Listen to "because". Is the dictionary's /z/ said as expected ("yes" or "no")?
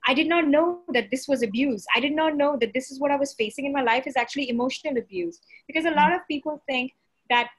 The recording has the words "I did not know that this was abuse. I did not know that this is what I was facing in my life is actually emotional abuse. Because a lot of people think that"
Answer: yes